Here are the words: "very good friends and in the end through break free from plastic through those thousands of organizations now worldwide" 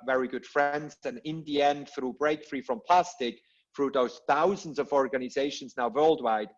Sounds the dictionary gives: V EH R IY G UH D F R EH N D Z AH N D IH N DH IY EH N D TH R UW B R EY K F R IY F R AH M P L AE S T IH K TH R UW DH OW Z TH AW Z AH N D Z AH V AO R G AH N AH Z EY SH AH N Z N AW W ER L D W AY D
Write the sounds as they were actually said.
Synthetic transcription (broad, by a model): V EH R IY G UH D F R EH N D Z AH N IH N DH IY EH N D TH R UW B R EY K F R IY F R AH M P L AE S T IH K TH R UW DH OW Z TH AW Z AH N D Z AH V AO R G AH N AH Z EY SH AH N Z N AW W ER L D W AY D